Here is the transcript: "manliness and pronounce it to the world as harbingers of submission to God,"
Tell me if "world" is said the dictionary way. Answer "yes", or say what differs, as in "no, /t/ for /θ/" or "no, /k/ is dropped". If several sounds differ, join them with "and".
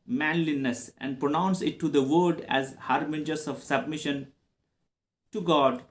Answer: no, /l/ is dropped